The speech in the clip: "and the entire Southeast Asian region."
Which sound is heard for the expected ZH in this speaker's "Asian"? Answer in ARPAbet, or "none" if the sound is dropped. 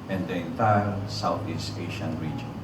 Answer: SH